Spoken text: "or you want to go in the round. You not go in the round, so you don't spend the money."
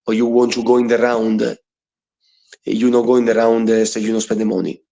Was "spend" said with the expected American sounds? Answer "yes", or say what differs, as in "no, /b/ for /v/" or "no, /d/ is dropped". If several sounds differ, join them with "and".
no, /n/ is dropped